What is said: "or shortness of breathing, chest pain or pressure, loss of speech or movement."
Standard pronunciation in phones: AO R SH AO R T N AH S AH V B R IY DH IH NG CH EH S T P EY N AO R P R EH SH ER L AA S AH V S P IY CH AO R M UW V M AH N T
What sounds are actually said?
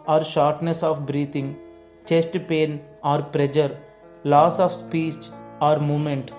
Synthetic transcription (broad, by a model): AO R SH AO R T N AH S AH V B R IY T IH NG CH EH S T P EY N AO R P R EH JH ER L AA S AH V S P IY S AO R M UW M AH N T